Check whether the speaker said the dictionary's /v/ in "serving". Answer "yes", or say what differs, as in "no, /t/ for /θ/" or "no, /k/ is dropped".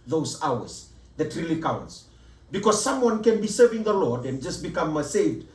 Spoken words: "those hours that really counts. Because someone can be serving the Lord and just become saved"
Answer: yes